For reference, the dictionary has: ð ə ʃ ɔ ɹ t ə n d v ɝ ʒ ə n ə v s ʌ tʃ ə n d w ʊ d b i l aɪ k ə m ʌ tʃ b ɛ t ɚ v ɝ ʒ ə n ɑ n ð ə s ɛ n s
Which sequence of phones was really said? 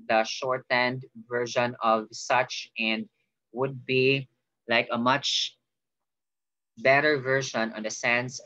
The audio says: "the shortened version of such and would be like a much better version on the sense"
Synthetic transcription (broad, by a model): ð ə ʃ ɔ ɹ t ə n d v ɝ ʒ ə n ə v s ʌ tʃ ə n d w ʊ d b i l aɪ k ə m ʌ tʃ b ɛ t ɚ v ɝ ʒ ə n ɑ n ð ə s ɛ n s